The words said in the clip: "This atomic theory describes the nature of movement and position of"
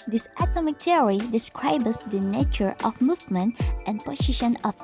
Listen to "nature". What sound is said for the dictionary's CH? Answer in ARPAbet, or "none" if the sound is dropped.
CH